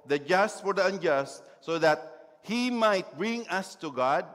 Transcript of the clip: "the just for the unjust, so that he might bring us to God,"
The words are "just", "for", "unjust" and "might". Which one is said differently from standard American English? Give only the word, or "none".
none